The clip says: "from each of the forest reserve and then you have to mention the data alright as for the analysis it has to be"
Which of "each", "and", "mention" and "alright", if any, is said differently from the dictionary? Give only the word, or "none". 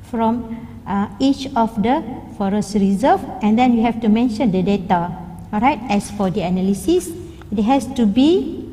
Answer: alright